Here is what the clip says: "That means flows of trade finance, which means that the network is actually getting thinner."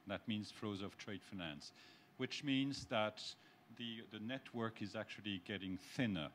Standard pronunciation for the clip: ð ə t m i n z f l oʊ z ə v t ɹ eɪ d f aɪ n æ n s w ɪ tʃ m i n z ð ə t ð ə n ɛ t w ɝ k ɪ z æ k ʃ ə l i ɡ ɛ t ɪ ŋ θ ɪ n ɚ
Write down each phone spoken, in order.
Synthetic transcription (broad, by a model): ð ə t m i n z f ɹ oʊ z ə v t ɹ eɪ d f aɪ n æ n s w ɪ tʃ m i n z ð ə t ð ə n ɛ t w ɝ k ɪ z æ k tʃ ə l i ɡ ɛ t ɪ ŋ θ ɪ n ɚ